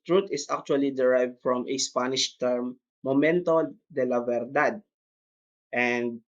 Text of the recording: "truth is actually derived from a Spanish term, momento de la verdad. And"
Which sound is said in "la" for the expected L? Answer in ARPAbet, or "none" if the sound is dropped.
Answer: L